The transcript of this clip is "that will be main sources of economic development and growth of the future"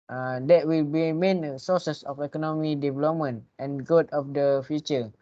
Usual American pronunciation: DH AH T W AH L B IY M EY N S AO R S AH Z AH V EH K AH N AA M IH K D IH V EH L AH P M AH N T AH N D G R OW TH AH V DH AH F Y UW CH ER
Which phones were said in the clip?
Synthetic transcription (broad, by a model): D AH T W AH L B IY M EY N S AO S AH S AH F EH K AH N AA M IH K D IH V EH L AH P M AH N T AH N G OW T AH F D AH F Y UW CH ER